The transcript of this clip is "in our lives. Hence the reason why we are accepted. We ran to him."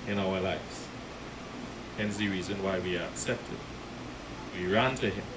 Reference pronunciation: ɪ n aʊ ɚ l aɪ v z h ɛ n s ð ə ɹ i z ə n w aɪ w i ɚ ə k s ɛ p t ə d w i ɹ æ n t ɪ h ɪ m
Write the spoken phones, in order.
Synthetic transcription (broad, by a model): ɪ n aʊ ɚ l aɪ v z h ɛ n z ð ə ɹ i z ə n w aɪ w i ɚ ə k s ɛ p t ə d w i ɹ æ n t ɪ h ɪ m